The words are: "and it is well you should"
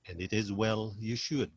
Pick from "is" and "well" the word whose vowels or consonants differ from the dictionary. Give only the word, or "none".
none